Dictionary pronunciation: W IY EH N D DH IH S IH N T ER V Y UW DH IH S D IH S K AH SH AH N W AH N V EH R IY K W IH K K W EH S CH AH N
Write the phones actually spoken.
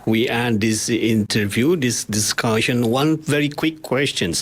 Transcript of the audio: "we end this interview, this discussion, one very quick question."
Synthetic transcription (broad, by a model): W IY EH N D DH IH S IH N T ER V Y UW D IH S D IH S K AH SH AH N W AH N V EH R IY K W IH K K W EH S CH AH N